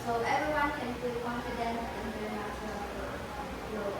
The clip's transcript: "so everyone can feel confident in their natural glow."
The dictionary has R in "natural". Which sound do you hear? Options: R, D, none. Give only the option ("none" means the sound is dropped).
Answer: none